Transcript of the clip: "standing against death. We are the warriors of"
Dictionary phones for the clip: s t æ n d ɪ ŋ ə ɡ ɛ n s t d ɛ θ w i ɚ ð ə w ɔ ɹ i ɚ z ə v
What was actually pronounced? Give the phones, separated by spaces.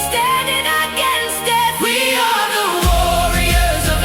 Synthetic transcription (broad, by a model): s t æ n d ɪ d ə ɡ ɛ n s t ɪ w i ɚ ð ə w ɔ ɹ i ɚ z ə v